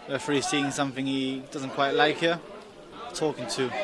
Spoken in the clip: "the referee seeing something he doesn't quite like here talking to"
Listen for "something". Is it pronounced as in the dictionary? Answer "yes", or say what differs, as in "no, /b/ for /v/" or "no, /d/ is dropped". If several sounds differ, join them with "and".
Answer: yes